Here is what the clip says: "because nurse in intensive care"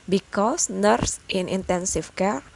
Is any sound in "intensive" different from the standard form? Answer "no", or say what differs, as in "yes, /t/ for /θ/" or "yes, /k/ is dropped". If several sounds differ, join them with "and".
yes, /f/ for /v/